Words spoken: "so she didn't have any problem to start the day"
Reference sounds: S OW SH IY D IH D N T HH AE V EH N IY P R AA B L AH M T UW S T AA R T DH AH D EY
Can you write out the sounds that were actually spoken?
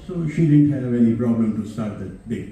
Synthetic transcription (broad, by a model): S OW SH IY D IH D N T HH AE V EH N IY P R AA B L AH M T UW S T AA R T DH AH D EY